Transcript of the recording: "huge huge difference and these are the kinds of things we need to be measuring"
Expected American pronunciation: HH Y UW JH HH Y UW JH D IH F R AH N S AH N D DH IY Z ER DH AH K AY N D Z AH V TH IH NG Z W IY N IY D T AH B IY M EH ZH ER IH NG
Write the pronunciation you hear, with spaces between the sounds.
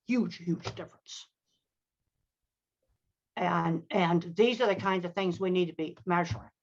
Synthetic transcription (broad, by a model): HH Y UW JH HH Y UW JH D IH F R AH N S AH N DH IY Z ER DH AH K AY N D Z AH V TH IH NG Z W IY N IY D T AH B IY M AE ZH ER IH NG